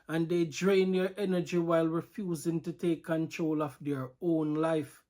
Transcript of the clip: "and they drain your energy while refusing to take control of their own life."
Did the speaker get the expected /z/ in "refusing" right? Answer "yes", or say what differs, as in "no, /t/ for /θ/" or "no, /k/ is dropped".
yes